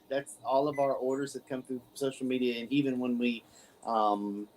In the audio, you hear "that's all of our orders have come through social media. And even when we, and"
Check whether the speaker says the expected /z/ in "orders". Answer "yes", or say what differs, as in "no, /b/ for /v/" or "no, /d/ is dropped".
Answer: yes